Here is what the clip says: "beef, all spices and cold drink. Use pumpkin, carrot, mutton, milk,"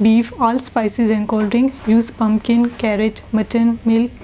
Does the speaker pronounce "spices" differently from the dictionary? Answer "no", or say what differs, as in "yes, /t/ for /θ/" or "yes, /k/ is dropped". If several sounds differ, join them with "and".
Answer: no